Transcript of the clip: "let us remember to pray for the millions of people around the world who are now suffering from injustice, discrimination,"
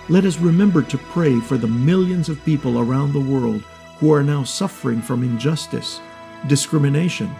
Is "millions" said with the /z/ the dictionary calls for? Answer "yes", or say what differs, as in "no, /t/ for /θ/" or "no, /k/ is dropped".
yes